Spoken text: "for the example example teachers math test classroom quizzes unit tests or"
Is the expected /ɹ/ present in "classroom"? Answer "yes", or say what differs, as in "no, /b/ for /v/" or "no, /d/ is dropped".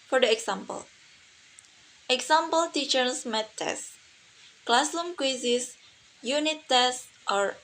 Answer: no, /l/ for /ɹ/